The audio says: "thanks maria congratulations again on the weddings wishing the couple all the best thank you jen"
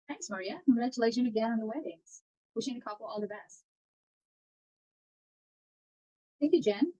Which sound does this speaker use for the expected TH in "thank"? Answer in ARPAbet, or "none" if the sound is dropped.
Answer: TH